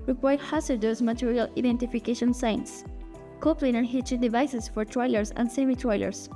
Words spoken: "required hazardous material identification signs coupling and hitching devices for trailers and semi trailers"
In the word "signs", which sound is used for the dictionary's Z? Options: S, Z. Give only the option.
S